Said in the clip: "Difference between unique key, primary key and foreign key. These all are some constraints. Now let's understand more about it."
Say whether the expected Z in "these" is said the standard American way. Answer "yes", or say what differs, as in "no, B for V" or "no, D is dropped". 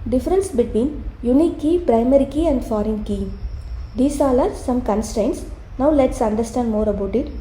no, S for Z